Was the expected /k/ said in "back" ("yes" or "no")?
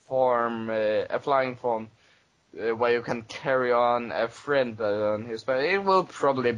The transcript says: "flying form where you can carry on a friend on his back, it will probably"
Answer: no